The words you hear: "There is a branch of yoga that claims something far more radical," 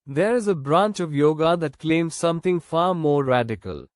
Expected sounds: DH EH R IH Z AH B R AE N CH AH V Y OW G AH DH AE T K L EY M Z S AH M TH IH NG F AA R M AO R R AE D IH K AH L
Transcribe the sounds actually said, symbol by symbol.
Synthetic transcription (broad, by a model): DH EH R IH Z AH B R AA N CH AH V Y OW G AH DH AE T K L EY M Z S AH M T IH NG F AA R M AO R R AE D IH K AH L